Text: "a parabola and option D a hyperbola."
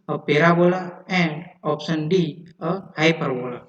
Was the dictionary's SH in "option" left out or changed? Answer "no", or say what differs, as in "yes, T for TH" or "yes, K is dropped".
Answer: yes, S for SH